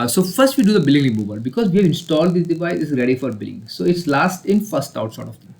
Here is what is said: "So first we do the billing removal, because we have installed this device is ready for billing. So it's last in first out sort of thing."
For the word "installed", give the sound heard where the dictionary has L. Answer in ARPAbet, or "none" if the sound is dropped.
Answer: L